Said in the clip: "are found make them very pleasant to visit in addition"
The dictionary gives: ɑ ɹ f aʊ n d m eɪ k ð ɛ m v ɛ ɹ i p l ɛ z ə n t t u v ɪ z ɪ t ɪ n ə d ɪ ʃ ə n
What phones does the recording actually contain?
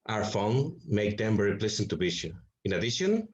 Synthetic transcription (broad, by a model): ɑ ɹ f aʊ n m eɪ k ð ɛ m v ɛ ɹ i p l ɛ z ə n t t u b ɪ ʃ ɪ ɪ n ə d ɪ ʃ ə n